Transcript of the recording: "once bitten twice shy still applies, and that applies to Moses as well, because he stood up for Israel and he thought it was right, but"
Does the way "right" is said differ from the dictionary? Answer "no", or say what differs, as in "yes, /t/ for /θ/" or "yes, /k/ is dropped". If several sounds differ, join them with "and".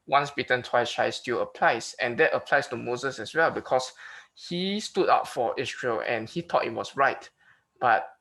no